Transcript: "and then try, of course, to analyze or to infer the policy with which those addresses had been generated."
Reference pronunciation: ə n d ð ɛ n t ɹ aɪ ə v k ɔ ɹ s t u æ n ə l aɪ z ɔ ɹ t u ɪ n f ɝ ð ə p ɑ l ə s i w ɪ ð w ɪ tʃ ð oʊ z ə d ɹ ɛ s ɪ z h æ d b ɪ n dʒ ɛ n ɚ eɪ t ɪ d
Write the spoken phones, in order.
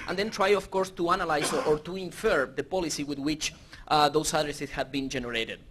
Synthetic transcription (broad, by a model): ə n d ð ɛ n t ɹ aɪ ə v k ɔ ɹ s t u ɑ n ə l aɪ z ɔ ɹ t u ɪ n f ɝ ð ə p ɑ l ə s i w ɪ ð w ɪ tʃ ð oʊ s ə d ɹ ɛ s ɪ s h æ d b ɪ n dʒ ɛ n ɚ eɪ t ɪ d